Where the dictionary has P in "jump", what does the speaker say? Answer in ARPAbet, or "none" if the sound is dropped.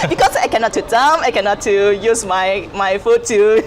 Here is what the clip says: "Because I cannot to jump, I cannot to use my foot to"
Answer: none